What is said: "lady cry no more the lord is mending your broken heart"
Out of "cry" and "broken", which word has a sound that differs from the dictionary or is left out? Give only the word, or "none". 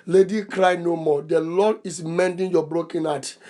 none